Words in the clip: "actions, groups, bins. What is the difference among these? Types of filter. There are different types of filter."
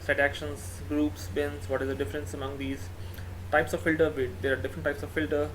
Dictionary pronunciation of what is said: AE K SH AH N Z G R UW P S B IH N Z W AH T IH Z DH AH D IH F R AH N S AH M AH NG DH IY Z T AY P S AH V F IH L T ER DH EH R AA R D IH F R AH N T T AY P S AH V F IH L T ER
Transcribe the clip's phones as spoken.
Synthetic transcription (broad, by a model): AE K SH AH N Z G R UW P S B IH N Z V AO T IH Z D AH D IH F R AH N S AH M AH NG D IY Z T AY P S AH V F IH L T ER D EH R AA R D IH F R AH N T T AY P S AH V F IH L T ER